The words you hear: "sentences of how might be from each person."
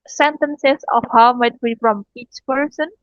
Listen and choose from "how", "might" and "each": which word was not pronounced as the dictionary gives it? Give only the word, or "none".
none